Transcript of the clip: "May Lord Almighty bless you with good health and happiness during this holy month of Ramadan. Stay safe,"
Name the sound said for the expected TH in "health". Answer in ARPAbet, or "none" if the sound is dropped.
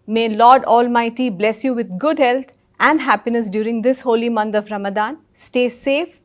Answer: T